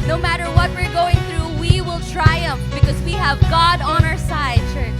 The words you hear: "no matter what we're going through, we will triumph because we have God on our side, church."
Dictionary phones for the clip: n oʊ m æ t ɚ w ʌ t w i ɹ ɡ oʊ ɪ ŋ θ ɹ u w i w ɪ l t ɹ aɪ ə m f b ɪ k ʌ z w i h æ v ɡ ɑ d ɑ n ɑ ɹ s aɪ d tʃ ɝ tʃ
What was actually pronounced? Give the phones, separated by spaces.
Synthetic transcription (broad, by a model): n oʊ m æ t ɚ w ʌ t w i ɹ ɡ oʊ ɪ ŋ θ ɹ u w i w ɪ l t ɹ aɪ ə m f b ɪ k ʌ z w i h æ v ɡ ɑ d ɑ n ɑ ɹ s aɪ d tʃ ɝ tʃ